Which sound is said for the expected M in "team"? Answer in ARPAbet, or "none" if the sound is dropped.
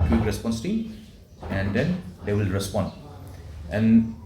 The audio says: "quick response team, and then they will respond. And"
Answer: none